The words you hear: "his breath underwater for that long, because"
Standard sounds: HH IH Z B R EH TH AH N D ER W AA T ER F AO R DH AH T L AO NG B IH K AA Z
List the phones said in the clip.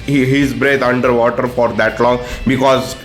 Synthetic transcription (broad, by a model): HH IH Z B R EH T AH N D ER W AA T ER F AO R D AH T L AO NG B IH K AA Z